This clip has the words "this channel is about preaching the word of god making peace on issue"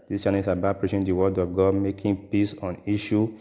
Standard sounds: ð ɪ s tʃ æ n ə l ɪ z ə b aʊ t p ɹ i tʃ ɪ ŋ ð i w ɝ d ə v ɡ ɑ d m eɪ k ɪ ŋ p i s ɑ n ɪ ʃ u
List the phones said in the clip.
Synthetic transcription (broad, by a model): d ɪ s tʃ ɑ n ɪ s ə b aʊ t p ɹ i ʃ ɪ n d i w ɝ d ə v ɡ ɑ d m eɪ k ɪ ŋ p i s ɑ n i ʃ u